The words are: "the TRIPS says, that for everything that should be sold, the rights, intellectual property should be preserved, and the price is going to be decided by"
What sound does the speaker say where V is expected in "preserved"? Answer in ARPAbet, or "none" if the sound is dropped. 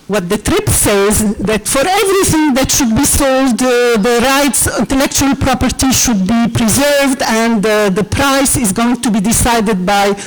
V